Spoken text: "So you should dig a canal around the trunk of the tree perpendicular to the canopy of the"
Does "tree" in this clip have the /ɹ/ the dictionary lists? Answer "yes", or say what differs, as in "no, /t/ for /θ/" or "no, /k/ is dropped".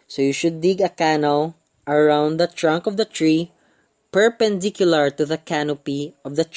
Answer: yes